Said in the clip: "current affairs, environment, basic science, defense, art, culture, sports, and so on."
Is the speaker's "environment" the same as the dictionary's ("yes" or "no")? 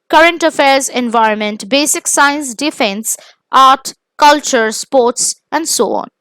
yes